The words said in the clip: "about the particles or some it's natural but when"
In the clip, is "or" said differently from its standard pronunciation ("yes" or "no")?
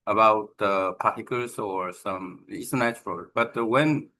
no